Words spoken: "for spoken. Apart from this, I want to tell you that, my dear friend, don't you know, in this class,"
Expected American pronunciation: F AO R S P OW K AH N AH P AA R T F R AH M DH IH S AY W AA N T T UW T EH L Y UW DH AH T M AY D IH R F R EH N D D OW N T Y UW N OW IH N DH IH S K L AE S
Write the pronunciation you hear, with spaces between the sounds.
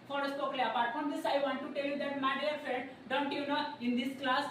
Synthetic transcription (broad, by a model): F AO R S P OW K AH AH P AA R T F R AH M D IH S AY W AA N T T UW T EH L Y UW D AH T M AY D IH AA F EH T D D OW N T Y UW N OW IH N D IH S K L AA S